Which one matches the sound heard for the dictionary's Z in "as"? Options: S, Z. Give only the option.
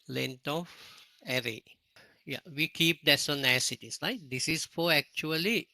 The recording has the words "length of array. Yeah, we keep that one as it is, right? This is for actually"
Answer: S